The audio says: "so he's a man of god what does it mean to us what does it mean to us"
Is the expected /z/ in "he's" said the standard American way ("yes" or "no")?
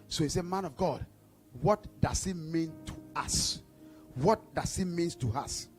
no